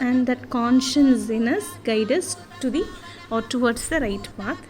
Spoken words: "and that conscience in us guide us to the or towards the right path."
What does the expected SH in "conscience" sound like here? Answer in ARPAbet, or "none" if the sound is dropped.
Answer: SH